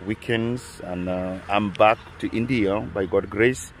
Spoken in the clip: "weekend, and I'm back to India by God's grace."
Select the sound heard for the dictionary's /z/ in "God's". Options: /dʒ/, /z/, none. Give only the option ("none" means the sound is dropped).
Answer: none